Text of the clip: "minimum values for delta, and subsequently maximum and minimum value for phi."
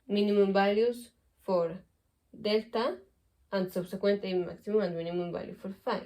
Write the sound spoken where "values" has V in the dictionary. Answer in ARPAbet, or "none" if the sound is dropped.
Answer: B